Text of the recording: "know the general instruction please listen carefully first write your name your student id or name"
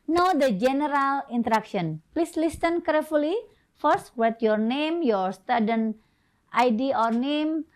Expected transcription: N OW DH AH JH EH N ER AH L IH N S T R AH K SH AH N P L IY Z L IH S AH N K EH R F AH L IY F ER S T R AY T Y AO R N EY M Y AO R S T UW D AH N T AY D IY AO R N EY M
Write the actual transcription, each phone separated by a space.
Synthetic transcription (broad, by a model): N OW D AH JH EH N ER AH L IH N T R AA K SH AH N P L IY S L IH S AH N K EH R F AH L IY F ER S T W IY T Y AO R N EY M Y AO R S T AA D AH N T AY D IY AO R N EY M